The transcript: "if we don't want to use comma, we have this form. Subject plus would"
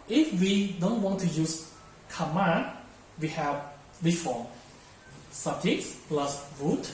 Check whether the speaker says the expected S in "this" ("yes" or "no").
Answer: no